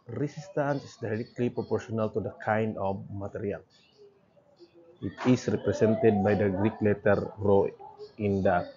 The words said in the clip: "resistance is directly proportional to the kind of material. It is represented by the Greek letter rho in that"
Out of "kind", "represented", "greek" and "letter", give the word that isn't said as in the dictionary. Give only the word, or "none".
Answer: represented